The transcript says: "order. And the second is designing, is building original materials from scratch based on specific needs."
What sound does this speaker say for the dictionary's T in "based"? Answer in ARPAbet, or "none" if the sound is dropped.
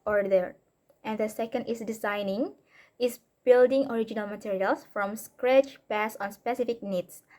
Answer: none